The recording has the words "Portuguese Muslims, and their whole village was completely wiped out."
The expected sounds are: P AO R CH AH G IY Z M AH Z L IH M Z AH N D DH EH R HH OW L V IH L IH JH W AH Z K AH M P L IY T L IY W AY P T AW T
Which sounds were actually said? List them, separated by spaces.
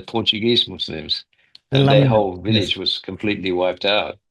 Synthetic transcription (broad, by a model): P AO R CH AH G IY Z M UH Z L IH M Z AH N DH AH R HH OW L V IH L IH JH W AH Z K AH M P L IY T L IY W AY P T AW T